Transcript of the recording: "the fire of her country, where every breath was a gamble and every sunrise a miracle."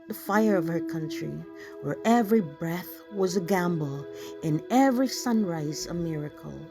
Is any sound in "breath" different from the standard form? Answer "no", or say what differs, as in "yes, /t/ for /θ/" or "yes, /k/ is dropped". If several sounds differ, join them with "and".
no